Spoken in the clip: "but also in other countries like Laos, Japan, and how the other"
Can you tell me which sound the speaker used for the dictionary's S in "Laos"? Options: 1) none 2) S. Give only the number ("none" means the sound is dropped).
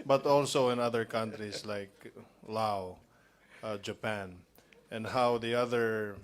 1